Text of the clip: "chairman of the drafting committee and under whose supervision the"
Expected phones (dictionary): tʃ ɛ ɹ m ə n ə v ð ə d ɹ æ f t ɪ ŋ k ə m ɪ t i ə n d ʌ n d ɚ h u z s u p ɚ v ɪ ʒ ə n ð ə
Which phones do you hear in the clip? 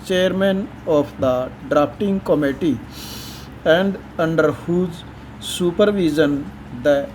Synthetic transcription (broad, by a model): tʃ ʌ ɹ m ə n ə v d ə d ɹ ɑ p t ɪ ŋ k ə m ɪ t i ə n d ʌ n d ɚ h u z s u p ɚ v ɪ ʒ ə n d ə